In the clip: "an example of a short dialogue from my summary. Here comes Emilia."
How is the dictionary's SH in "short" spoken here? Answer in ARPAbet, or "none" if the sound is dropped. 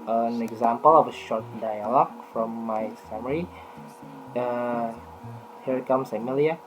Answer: SH